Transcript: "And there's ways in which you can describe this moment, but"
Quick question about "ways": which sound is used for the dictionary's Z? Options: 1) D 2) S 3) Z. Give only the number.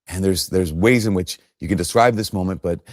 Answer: 3